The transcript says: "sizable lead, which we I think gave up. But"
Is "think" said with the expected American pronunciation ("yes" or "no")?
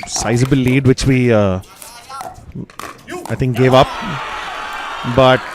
no